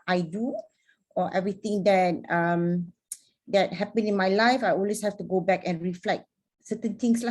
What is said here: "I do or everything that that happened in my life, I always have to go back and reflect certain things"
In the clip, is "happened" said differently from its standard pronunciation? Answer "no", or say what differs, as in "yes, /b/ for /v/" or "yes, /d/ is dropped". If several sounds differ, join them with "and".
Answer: yes, /d/ is dropped